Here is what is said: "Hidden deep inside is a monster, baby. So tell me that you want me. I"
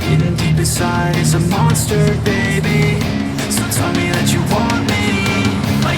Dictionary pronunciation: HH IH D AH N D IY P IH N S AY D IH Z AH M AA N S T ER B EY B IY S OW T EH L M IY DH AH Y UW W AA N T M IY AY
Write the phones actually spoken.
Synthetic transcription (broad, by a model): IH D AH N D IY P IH S AY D IH Z AH M AA N S T ER B EY B IY S OW T EH L M IY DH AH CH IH W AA N M IY